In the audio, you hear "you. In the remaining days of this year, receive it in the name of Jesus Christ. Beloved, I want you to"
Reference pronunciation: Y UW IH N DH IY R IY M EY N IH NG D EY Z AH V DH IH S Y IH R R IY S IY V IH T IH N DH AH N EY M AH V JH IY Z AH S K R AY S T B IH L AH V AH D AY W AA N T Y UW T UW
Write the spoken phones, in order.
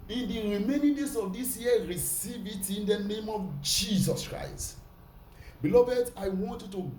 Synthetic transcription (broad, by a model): IH N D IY R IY M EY N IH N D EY S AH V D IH S Y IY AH R IY S IY V IH T IH N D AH N EY M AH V JH IY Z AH S K R AY S T B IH L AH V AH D AY W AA N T Y UW T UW